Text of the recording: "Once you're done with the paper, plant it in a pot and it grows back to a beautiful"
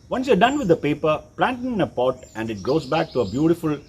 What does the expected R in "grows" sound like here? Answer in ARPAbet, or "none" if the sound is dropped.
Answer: none